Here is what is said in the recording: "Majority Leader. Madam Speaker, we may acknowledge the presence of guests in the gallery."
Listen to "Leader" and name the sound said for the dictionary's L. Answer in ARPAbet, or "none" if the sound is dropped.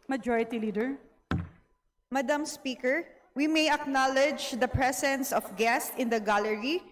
L